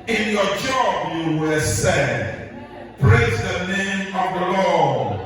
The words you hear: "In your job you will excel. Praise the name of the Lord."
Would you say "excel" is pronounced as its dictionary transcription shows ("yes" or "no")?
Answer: no